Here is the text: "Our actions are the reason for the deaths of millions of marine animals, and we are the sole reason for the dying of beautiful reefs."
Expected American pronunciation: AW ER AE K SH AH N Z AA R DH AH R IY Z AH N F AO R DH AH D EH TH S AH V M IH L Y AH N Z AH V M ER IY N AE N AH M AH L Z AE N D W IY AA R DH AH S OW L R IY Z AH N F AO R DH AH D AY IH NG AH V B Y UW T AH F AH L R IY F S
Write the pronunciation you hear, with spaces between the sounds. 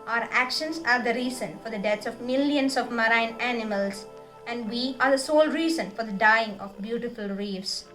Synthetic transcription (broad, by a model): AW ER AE K SH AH N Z AA R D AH R IY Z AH N F AO R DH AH D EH T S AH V M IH L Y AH N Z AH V M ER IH N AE N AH M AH L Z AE N D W IY AA R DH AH S OW L R IY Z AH N F AO R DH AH D AY IH NG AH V B Y UW T AH F AH L R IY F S